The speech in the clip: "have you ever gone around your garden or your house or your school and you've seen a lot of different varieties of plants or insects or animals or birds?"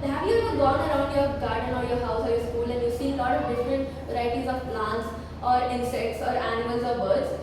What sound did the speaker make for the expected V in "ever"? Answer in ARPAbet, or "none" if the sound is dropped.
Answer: none